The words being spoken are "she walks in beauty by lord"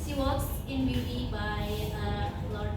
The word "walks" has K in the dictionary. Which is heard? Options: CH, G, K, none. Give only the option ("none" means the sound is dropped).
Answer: none